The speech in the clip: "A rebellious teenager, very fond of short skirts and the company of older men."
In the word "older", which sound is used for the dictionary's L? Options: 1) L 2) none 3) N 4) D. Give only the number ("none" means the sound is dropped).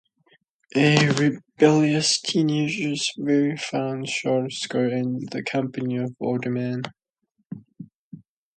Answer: 2